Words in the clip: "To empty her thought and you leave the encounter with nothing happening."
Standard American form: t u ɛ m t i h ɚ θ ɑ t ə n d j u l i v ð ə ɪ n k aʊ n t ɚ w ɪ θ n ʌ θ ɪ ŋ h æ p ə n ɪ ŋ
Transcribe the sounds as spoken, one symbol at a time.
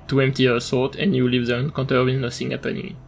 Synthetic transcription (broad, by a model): t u ɛ m t i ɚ s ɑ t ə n j u l i v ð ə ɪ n k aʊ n t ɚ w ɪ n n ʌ s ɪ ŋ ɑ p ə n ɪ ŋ